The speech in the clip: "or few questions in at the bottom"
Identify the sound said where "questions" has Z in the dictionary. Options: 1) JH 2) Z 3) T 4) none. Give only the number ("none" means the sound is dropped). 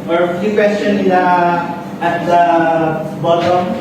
4